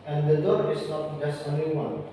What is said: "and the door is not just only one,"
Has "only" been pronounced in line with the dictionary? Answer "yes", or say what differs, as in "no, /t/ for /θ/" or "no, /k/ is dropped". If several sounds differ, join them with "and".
no, /l/ is dropped